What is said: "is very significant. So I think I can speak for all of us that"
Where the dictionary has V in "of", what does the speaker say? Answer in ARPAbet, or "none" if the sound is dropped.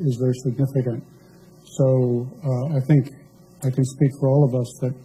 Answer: V